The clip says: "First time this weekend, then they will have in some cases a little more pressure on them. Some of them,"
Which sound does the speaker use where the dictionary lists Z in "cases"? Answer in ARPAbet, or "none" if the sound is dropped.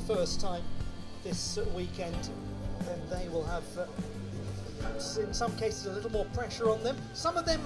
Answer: Z